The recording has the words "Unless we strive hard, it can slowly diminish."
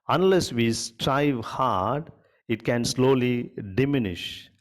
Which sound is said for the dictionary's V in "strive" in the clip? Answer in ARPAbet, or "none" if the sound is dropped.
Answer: V